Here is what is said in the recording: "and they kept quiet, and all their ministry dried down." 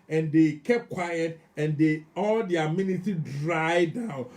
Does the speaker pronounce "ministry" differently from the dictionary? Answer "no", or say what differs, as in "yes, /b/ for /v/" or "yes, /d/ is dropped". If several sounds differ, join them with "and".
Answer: yes, /s/ is dropped and /ɹ/ is dropped